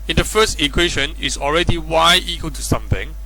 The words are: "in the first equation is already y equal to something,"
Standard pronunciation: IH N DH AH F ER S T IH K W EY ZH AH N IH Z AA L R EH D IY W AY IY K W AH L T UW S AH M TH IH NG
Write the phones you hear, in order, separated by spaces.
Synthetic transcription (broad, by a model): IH N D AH F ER S T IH K W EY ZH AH N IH S AA L R EH D IY W AY IY K W AH L T UW S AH M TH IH NG